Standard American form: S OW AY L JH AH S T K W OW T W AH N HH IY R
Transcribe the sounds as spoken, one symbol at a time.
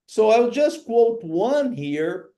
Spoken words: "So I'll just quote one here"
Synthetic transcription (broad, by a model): S OW AY L JH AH S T K W OW T W AH N HH IY R